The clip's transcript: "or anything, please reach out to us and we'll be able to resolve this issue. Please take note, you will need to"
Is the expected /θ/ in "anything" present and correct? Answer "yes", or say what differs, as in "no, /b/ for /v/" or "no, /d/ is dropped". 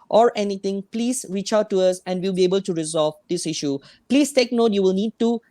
no, /t/ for /θ/